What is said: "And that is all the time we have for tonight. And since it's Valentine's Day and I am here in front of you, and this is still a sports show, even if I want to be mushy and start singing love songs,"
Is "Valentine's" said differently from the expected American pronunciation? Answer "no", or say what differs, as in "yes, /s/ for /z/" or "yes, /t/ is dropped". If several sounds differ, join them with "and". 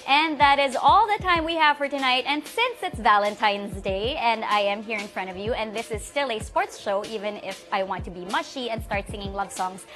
no